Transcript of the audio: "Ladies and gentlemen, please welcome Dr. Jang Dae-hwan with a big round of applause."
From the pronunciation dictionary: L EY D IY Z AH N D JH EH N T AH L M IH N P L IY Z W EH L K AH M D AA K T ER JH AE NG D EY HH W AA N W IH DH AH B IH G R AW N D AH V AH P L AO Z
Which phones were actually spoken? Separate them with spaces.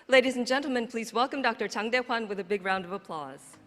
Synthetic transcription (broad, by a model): L EY D IY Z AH N JH EH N T L M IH N P L IY Z W EH L K AH M D AA K T ER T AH NG D EY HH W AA N W IH DH AH B IH G R AW N D AH V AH P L AO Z